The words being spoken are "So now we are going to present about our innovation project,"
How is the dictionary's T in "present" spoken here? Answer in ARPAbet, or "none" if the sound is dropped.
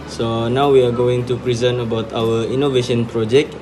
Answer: none